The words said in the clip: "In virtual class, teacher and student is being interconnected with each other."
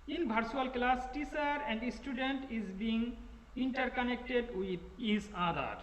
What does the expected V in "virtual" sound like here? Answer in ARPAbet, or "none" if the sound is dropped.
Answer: B